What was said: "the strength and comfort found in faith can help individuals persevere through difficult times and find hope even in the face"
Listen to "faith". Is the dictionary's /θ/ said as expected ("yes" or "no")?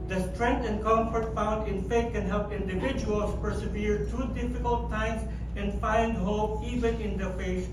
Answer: no